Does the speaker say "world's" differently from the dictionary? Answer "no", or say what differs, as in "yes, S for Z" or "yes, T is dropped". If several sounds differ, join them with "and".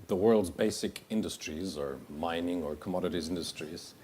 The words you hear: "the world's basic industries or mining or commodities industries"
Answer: no